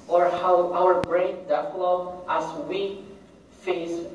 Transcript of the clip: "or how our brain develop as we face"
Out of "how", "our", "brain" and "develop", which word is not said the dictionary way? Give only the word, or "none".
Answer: develop